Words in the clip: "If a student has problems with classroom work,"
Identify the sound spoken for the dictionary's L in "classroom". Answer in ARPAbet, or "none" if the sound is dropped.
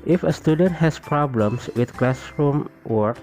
L